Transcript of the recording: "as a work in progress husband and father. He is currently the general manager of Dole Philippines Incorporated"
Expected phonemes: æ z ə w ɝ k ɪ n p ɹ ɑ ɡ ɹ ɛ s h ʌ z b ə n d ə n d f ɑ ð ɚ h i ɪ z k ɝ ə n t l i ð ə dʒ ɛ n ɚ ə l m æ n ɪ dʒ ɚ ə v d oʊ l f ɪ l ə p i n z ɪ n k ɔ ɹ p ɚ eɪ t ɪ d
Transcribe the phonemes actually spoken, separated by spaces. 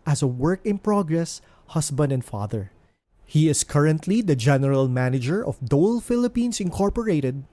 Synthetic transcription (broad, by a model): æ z ə w ɝ k ɪ n p ɹ ɑ ɡ ɹ ɛ s h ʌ s b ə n d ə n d f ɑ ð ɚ h i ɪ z k ɝ ə n t l i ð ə dʒ ɛ n ɚ ə l m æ n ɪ dʒ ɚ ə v d oʊ l f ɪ l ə p i n s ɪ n k ɔ ɹ p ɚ eɪ t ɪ d